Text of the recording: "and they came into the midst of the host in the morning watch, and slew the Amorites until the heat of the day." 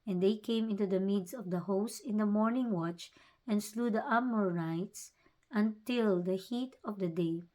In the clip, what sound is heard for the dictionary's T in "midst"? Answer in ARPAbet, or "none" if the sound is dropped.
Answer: none